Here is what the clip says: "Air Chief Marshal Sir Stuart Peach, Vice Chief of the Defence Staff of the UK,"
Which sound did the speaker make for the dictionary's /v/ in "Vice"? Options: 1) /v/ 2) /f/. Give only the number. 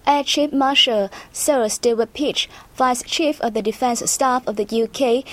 2